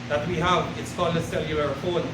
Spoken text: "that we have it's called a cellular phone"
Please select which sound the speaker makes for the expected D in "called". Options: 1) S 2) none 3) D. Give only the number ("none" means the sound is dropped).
2